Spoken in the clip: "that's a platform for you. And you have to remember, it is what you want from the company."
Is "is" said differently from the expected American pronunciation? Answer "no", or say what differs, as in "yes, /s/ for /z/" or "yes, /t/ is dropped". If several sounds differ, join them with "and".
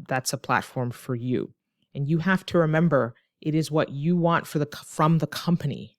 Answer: no